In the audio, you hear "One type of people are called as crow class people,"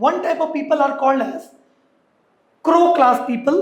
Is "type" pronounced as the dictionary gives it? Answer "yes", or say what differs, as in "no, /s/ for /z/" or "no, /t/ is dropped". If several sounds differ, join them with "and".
yes